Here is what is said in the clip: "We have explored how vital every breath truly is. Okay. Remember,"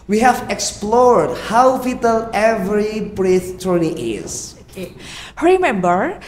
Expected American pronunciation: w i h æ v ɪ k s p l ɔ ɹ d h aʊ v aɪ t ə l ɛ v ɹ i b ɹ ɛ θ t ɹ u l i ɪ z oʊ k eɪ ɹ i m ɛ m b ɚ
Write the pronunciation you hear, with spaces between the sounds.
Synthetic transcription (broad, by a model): w i h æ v ɪ k s p l ɔ ɹ d h aʊ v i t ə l ɛ v ɹ i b ɹ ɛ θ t u n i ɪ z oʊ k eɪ ɹ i m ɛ m b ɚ